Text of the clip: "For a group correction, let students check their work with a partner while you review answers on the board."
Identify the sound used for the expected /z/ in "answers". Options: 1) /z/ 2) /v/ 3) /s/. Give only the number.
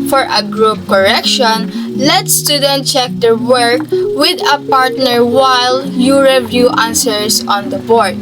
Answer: 3